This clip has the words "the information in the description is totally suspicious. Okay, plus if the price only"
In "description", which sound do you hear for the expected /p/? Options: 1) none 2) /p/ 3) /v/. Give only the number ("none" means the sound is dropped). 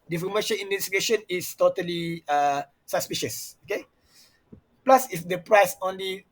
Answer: 1